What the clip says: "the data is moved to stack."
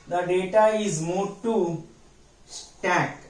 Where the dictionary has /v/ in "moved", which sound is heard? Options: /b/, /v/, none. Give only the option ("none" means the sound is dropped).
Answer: none